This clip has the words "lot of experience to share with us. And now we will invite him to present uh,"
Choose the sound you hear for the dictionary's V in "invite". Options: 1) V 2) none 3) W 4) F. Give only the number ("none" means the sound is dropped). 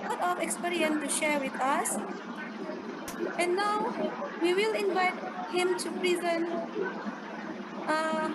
1